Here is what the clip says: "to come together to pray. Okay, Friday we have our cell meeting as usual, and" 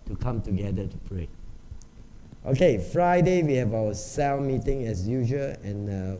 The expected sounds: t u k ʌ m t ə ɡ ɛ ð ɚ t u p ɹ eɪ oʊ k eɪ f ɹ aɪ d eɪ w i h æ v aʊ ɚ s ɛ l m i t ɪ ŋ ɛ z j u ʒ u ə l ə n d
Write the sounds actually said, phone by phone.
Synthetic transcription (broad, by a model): t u k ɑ m t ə ɡ ɛ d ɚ t u p ɹ eɪ oʊ k eɪ f ɹ aɪ d eɪ w i h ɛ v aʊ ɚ s ɛ l m i t ɪ ŋ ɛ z j u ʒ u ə n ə